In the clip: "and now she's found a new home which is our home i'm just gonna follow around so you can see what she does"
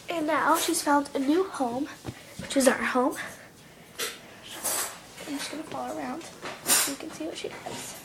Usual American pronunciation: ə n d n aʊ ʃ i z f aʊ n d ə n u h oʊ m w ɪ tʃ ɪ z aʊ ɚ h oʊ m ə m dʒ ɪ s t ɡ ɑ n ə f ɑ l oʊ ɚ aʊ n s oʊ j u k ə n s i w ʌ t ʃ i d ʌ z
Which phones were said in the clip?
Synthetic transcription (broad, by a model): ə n n aʊ ʃ i z f aʊ n d ə n u h oʊ m w ɪ tʃ ɪ z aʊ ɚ h oʊ ə m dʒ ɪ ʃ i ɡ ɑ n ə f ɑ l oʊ ɚ aʊ n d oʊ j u k ə n s i w ʌ t ʃ i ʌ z